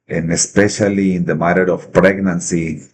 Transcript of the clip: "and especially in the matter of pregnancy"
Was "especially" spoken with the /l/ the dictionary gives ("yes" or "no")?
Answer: yes